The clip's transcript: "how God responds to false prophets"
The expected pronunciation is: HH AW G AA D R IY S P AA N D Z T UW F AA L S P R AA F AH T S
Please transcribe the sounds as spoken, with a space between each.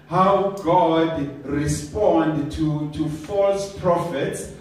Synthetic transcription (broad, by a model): HH AW G AA D R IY S P AA N D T T UW F AA L S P R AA F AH T S